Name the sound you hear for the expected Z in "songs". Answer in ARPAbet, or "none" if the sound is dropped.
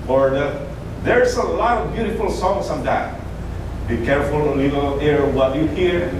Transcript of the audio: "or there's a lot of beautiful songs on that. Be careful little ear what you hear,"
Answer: S